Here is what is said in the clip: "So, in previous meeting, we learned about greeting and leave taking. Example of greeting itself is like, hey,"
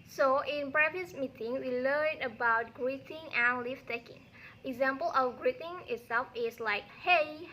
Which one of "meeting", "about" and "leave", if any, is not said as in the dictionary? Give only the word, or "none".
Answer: leave